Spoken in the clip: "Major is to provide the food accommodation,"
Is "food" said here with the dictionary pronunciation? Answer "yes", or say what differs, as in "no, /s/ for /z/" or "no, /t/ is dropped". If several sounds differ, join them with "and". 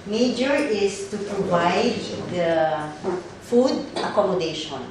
yes